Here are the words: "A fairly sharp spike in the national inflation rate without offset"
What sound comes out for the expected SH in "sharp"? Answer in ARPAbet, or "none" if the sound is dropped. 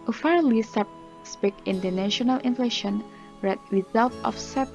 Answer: S